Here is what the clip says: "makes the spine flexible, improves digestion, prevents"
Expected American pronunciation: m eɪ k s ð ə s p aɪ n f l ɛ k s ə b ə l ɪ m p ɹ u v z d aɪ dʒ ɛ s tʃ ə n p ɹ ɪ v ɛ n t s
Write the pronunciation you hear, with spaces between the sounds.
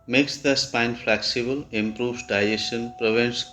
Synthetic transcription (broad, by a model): m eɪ k s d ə s p aɪ n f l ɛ k s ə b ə l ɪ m p ɹ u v d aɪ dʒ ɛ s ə n p ɹ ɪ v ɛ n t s